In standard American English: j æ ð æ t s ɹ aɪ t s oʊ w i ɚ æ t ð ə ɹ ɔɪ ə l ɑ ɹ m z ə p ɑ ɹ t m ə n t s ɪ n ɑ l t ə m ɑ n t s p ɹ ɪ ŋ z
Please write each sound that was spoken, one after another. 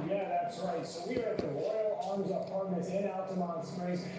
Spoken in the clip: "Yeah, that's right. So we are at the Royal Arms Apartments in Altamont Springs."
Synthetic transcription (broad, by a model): j æ ð æ t s ɹ aɪ t s oʊ w i ɚ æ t ð ə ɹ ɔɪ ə l ɑ ɹ m z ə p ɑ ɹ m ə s ɪ n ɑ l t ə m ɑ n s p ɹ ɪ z